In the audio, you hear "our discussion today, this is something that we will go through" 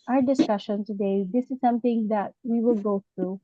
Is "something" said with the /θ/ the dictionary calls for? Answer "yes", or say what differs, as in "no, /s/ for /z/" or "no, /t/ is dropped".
no, /t/ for /θ/